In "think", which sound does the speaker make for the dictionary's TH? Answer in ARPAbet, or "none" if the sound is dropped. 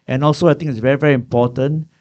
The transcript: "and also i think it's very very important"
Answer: T